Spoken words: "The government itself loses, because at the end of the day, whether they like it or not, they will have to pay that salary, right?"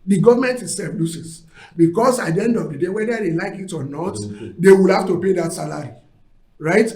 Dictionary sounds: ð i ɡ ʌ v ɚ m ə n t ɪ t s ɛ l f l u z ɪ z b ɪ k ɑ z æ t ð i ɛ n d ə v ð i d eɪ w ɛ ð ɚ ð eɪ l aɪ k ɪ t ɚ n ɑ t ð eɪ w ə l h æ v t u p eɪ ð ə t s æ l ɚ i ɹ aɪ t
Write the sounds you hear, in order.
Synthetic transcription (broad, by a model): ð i ɡ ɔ v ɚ m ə n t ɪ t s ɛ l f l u s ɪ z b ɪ k ɑ s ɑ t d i ɛ n d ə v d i d eɪ w ɛ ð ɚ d eɪ l aɪ k ɪ t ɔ n ɑ t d eɪ w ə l h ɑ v t u p eɪ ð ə t s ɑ l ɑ i ɹ aɪ t